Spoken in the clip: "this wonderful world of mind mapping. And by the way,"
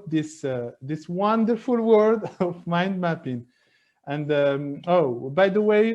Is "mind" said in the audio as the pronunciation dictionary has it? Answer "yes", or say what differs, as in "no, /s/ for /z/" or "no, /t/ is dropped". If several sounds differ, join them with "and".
yes